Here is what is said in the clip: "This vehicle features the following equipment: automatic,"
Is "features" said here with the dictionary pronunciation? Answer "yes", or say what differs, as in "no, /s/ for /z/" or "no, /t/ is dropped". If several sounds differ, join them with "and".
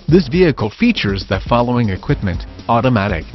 yes